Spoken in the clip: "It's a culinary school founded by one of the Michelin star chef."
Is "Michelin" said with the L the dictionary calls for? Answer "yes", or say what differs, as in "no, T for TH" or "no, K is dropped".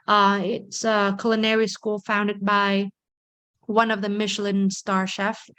yes